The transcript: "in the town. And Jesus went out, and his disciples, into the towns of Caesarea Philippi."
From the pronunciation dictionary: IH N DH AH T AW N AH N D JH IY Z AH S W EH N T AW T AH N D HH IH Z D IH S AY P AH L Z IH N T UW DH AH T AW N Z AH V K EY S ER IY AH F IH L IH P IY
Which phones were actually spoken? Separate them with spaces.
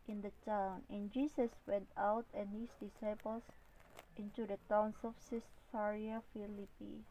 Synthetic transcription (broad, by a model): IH N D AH T AW N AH N JH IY S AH S W EH N T AW T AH N HH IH S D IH S AY P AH L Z IH N T UW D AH T AW N S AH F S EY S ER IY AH F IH L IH P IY